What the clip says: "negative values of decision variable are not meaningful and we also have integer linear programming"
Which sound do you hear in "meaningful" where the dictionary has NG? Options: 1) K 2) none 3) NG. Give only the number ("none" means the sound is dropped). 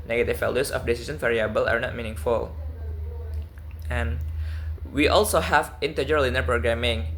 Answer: 3